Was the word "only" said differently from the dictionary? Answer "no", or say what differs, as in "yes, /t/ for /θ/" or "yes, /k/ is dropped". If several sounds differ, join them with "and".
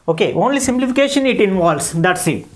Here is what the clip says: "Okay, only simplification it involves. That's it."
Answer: no